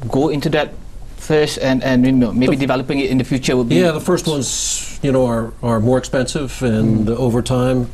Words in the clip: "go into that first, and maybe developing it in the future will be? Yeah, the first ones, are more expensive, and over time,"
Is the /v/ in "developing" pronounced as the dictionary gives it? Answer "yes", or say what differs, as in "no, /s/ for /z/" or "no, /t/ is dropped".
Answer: yes